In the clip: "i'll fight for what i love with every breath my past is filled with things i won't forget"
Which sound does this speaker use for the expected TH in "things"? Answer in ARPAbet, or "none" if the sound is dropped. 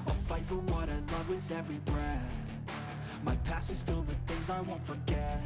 TH